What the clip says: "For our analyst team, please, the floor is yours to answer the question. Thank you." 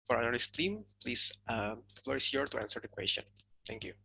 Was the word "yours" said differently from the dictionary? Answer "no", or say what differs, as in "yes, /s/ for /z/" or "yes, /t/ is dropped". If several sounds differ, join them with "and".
yes, /z/ is dropped